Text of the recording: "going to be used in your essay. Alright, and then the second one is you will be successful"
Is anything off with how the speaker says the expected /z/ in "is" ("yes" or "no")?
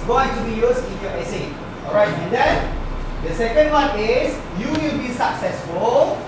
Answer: yes